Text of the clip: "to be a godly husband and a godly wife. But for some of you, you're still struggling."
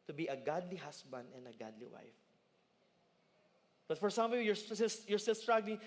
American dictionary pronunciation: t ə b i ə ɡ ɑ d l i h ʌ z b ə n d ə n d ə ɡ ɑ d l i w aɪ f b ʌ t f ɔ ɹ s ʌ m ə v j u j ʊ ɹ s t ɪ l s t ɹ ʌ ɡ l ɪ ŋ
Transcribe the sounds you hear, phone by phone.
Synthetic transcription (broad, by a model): t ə b i ə ɡ ɑ d l i h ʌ s b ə n d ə n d ə ɡ ɑ d l i w aɪ f b ʌ t f ɔ ɹ s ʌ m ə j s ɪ j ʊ ɹ s t ɪ l s t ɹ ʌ ɡ l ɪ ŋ